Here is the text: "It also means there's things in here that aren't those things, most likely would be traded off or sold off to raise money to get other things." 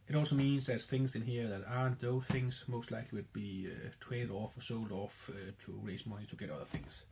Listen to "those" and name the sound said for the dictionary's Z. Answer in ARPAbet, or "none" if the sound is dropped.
none